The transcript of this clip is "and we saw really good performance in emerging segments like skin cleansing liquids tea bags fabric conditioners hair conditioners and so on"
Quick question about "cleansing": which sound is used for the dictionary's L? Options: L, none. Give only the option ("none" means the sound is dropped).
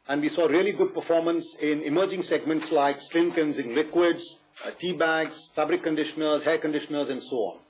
none